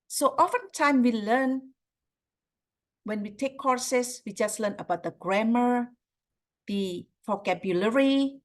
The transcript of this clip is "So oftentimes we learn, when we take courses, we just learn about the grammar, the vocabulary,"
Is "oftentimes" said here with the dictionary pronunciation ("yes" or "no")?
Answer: no